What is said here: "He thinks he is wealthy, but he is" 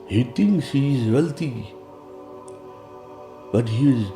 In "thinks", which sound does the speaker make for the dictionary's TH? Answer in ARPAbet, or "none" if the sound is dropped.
T